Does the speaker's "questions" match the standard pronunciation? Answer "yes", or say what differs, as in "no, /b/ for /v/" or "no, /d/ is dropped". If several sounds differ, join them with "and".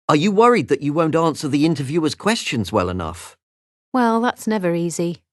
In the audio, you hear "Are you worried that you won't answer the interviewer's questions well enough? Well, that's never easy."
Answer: yes